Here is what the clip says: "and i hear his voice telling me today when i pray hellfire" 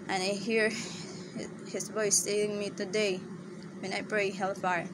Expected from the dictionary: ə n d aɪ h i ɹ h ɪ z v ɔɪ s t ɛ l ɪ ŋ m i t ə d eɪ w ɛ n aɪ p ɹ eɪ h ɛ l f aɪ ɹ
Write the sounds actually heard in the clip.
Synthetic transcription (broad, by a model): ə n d aɪ h i ɹ h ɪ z v ɔɪ s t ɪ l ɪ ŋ m i t ə d eɪ w ɛ n aɪ p ɹ eɪ h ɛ l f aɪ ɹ